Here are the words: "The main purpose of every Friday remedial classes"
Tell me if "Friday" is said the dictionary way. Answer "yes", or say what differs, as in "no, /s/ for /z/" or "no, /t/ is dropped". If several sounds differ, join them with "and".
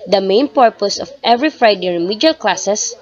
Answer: yes